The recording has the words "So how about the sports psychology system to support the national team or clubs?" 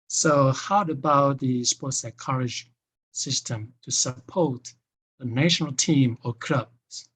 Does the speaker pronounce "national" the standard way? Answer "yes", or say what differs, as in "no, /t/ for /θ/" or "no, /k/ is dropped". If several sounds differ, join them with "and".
yes